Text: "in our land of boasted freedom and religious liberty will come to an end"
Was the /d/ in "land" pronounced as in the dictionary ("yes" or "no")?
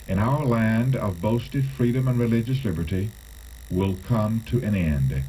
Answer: yes